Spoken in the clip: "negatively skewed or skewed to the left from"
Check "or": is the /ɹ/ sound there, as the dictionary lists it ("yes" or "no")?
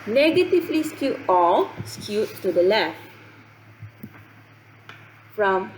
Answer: no